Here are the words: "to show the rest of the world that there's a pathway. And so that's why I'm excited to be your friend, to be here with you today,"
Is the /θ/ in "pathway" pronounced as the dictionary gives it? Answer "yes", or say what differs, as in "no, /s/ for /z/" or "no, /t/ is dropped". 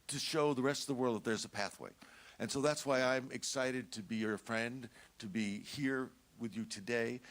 yes